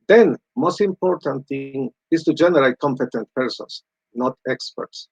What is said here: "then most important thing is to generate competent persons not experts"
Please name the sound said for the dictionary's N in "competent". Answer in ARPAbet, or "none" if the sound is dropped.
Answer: N